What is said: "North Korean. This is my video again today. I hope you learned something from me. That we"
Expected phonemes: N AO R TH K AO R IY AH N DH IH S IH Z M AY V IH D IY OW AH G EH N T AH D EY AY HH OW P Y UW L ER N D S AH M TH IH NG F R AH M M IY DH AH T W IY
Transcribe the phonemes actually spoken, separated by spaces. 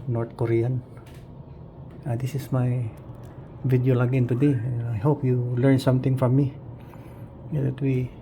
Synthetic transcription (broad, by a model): N AO R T K AO R IY AH N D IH S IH S M AY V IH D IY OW AH G EH N T AH D EY AY HH OW P Y UW L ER N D S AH M T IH NG F R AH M M IY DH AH T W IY